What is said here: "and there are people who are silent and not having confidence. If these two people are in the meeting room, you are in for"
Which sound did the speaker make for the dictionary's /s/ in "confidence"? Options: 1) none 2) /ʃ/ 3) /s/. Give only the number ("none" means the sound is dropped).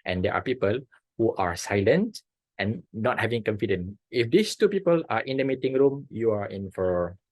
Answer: 1